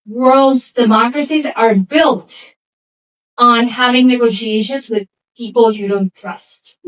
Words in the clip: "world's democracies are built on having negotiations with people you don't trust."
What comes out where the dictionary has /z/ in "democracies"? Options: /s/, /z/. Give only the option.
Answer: /z/